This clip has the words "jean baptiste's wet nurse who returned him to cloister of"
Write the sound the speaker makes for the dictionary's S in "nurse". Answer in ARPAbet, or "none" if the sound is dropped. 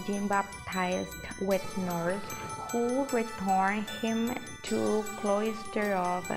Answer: TH